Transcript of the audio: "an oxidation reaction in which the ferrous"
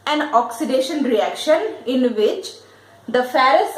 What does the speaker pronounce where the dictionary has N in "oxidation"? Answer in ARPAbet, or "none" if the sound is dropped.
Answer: N